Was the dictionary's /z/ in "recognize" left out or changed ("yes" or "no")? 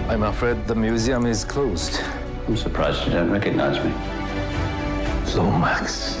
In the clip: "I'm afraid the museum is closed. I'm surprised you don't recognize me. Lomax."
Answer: no